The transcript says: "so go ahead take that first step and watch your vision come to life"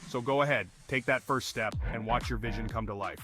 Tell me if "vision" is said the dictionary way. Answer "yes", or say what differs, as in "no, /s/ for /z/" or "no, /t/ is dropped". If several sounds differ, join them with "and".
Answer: yes